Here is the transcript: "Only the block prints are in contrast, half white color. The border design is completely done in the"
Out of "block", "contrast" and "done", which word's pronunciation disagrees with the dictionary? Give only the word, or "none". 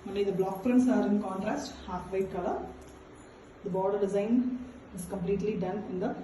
none